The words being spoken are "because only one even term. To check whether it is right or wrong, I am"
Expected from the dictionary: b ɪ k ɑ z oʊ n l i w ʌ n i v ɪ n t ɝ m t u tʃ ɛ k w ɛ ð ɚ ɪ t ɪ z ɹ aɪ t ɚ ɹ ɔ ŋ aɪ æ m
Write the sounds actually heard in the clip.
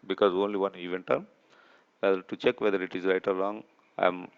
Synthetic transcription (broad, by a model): b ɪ k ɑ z oʊ n l i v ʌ n i v ɪ n t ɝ m t u tʃ ɛ k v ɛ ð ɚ ɪ t ɪ z ɹ aɪ t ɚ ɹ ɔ ŋ aɪ m